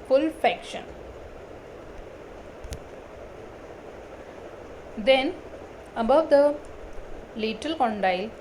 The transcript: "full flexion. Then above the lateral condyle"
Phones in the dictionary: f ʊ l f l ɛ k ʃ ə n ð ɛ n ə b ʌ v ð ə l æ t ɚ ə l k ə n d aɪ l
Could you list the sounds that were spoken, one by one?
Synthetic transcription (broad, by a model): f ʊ l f ɛ k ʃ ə n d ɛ n ə b ʌ v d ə l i t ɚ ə l k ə n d aɪ l